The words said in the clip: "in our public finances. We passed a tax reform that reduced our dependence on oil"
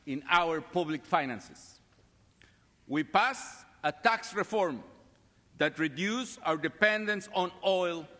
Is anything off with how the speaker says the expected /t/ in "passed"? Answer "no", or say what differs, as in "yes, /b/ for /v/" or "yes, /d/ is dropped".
yes, /t/ is dropped